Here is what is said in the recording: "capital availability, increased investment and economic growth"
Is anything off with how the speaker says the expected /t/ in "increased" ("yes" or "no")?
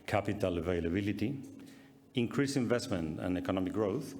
yes